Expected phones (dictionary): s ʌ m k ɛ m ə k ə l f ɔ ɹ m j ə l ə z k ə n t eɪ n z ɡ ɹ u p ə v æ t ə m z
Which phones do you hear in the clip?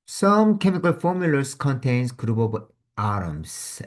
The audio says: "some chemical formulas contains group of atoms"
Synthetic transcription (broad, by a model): s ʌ m k ɛ m ə k ə l f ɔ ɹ m j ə l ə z k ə n t eɪ n s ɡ ɹ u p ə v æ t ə m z